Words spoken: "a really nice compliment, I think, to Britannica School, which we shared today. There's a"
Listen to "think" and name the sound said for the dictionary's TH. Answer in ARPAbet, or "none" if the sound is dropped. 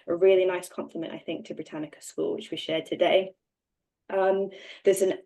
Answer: TH